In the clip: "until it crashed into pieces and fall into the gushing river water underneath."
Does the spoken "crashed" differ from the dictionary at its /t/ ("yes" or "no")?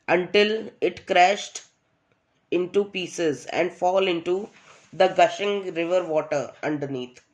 no